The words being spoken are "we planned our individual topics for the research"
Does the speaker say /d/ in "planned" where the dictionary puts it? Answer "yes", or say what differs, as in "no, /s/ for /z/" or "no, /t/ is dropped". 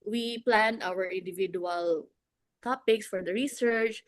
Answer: no, /d/ is dropped